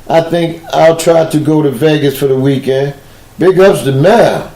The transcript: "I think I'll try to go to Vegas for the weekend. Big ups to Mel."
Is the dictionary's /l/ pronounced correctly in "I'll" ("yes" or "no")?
yes